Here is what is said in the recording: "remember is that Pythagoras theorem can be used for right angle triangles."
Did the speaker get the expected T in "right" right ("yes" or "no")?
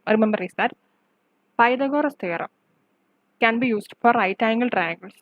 yes